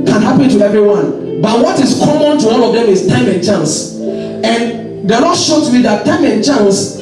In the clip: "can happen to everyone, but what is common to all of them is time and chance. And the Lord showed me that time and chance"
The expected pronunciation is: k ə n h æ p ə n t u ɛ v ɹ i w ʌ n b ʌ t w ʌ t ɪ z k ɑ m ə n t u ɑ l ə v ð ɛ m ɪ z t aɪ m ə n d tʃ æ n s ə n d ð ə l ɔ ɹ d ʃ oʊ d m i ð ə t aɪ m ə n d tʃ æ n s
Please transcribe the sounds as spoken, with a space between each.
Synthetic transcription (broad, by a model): k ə n h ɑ p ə n t u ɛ v ɹ i w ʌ n b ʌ t w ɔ t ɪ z k ɑ m ə n t u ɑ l ə v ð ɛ m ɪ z t aɪ m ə n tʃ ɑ n s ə n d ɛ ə n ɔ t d ʃ oʊ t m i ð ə t aɪ m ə n tʃ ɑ n s